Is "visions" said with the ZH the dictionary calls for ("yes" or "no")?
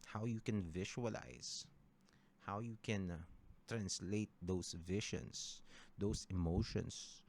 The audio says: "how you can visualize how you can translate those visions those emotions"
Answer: no